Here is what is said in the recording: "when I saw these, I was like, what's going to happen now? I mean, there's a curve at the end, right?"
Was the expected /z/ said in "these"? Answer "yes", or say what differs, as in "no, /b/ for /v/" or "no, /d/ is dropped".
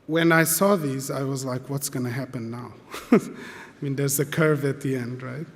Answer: yes